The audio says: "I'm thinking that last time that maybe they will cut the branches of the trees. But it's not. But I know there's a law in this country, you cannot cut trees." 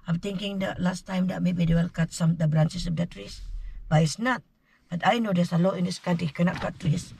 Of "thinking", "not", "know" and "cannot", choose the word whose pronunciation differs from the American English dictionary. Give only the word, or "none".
thinking